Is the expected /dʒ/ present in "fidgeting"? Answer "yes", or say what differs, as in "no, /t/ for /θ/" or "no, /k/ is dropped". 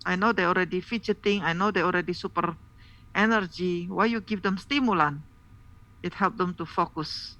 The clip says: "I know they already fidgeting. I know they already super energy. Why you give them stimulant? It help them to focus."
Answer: no, /tʃ/ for /dʒ/